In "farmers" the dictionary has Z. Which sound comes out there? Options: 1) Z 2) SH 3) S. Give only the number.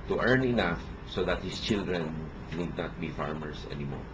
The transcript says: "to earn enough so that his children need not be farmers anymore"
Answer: 3